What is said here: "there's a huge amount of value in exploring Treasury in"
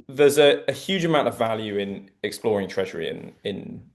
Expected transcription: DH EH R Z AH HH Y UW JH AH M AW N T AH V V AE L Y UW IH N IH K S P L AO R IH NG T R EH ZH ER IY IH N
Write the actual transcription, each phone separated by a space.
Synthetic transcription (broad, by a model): DH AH Z AH HH Y UW JH AH M AW N T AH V V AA L Y UW IH N IH K S P L AO R IH NG T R EH ZH ER IY IH N